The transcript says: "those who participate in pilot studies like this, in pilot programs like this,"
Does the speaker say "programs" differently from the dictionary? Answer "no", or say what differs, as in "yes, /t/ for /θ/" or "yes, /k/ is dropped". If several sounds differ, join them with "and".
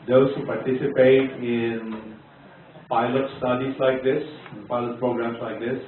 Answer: yes, /s/ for /z/